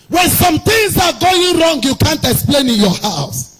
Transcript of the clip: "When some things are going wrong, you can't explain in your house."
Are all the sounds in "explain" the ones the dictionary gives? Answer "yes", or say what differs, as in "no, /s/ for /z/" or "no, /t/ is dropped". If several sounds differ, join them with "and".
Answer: yes